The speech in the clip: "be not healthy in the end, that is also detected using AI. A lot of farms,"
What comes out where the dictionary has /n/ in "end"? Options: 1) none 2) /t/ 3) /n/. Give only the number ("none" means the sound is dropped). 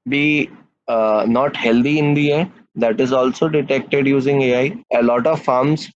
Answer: 1